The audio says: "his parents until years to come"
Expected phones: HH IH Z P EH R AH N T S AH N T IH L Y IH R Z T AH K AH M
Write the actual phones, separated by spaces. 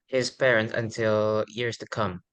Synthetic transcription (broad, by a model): HH IH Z P EH R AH N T AH N T IH L Y IH R Z T AH K AH M